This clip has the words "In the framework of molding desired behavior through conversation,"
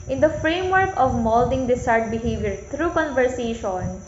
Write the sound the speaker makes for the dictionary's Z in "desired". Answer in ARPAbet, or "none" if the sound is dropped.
S